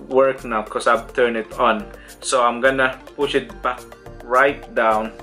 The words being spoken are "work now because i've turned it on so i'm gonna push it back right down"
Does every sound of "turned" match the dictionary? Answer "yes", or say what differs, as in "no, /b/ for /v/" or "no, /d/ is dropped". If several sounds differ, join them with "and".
no, /d/ is dropped